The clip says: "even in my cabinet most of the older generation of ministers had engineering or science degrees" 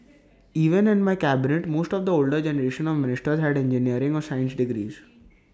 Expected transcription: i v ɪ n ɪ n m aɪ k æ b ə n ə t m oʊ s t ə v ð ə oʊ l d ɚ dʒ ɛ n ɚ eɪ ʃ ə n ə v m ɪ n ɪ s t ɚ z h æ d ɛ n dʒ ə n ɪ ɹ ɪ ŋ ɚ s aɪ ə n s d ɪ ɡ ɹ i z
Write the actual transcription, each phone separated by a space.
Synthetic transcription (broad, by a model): i v ɪ n ɪ n m aɪ k æ b ə n ə t m oʊ s t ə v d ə oʊ l d ɚ dʒ ɛ n ɚ eɪ ʃ ə n ə v m ɪ n ɪ s t ɚ z h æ d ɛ n dʒ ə n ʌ ɹ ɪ ŋ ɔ s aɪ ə n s d ɪ ɡ ɹ i z